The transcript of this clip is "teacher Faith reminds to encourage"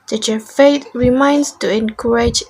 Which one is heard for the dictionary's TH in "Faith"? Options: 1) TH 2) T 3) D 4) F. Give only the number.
2